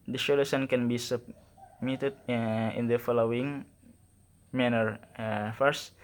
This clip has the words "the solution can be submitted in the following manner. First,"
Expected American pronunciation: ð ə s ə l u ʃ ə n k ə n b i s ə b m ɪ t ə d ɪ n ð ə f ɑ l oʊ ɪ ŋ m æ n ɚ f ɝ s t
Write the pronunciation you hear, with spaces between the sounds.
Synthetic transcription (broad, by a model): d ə ʃ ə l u s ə n k ə n b i s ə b m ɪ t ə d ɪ n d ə f ɑ l oʊ ɪ ŋ m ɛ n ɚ f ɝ s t